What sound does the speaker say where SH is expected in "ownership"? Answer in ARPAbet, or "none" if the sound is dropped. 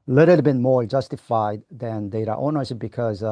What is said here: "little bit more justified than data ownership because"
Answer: S